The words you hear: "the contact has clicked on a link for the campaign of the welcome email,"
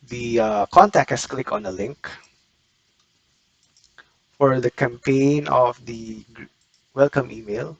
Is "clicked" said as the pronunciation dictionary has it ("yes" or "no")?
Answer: no